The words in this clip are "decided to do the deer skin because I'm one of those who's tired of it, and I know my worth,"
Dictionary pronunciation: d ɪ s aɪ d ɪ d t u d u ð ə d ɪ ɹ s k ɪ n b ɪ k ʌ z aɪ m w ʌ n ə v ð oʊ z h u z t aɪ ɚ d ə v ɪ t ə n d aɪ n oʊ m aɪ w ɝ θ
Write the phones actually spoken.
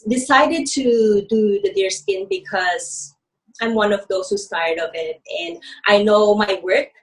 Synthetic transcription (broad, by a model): d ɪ s aɪ d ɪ d t u d u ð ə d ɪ ɹ s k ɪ n b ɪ k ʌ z aɪ m w ʌ n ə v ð oʊ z h u s t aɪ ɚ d ə v ɪ t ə n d aɪ n oʊ m aɪ w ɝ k